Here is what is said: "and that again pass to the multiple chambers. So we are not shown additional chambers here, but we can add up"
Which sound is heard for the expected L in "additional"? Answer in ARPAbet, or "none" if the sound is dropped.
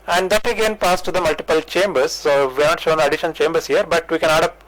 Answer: N